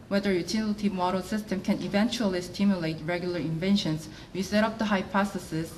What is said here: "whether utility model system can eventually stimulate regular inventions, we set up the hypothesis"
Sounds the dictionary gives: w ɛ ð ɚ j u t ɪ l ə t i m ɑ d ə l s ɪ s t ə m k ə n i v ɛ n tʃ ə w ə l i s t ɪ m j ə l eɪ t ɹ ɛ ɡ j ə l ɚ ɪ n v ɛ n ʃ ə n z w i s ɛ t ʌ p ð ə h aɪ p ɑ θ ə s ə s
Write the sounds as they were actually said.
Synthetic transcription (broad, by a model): w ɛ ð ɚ j u t ɪ l ə t i m ɑ d ə l s ɪ s t ə m k ə n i v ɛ n tʃ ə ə l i s t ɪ m j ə l eɪ t ɹ ɛ ɡ j ə l ɚ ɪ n v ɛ n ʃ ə n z w i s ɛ t ʌ p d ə h aɪ p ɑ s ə s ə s